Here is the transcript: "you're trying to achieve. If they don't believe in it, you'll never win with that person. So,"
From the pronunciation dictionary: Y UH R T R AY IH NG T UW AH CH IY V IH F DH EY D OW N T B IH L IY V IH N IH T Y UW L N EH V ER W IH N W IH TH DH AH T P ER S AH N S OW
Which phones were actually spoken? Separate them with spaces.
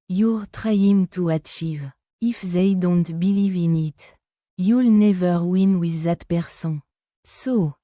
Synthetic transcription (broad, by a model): Y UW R T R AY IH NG T UW AH CH IY V IH F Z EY D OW N T B IH L IY V IH N IH T Y UW L N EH V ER W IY N W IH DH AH T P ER S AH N S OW